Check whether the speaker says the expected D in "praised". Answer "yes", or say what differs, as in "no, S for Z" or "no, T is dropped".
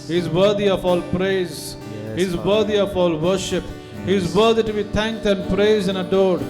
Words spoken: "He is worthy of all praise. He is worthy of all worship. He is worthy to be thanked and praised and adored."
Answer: no, D is dropped